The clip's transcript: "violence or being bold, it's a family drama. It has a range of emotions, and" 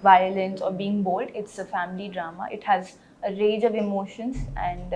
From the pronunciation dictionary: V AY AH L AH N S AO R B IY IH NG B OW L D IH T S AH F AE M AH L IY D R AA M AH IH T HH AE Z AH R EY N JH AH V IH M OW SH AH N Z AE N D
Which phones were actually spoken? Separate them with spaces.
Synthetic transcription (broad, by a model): V AY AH L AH N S AO R B IY IH NG B OW L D IH T S AH F AE M AH L IY D R AA M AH IH T HH AE Z AH R EY JH AH V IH M OW SH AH N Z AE N D